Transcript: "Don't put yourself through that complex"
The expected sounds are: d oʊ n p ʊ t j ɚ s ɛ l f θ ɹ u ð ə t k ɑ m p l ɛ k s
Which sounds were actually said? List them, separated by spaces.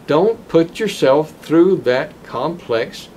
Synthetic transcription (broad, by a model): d oʊ n p ʊ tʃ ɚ s ɛ l f θ ɹ u ð ə t k ɑ m p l ɛ k s